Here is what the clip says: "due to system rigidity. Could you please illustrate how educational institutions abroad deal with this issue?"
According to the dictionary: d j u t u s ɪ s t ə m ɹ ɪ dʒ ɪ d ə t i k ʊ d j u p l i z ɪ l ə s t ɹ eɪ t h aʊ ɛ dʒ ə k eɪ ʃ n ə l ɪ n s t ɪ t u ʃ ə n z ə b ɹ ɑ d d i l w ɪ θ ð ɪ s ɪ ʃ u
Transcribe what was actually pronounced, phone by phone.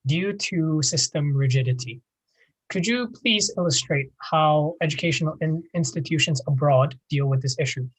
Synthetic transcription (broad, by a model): d j u t u s ɪ s t ə m ɹ ɪ dʒ ɪ d ə t i k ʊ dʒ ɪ p l i z ɪ l ə s t ɹ eɪ t h aʊ ɛ dʒ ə k eɪ ʃ n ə n ɪ n s t ɪ t u ʃ ə n z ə b ɹ ɑ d d i l w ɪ ð ɪ s ɪ ʃ u